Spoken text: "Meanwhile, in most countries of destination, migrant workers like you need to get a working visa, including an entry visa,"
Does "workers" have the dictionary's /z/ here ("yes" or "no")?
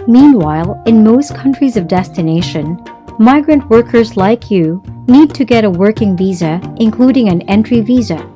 yes